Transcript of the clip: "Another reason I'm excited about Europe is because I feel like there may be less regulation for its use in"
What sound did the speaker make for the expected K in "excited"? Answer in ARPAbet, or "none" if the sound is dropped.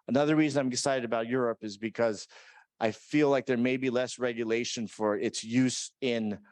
none